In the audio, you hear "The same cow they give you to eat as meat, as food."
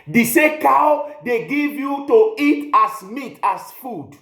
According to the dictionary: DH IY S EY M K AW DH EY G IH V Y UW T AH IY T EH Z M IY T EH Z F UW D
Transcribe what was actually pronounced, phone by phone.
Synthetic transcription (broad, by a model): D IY S EY K AW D EY G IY V Y UW T AH IY T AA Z M IY T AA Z F UW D